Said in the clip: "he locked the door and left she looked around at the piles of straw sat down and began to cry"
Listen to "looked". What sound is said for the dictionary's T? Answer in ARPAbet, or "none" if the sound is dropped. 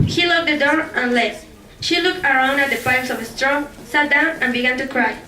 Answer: T